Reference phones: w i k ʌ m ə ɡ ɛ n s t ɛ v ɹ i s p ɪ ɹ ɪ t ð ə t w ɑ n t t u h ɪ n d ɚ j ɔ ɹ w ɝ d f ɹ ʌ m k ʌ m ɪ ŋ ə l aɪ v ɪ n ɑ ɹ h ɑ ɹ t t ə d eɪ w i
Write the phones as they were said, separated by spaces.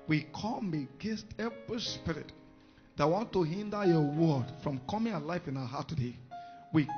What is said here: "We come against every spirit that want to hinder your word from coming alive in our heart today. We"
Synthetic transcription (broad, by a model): w i k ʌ m ə ɡ ɛ n s t ɛ v ɹ i s p ɪ ɹ ɪ t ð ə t w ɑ n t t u h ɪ n d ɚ j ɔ w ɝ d f ɹ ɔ m k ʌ m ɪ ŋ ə l aɪ f ɪ n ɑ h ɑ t t ə d eɪ w i